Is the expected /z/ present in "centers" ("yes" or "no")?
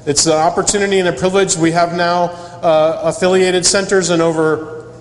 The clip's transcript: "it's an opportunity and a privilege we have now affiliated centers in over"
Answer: yes